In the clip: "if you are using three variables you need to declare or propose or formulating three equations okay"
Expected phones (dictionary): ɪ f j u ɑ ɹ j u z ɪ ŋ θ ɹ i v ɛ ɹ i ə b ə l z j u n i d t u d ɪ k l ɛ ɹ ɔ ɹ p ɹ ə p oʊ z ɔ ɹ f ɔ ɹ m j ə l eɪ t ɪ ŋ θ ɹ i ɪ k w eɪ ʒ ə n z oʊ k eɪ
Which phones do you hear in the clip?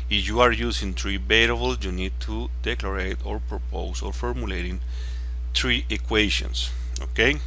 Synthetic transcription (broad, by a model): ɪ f j u ɑ ɹ j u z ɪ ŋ t ɹ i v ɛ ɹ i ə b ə l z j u n i d t u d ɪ k l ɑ ɹ ɔ ɹ p ɹ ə p oʊ s ɔ ɹ f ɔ ɹ m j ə l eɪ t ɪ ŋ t ɹ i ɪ k w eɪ ʃ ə n s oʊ k eɪ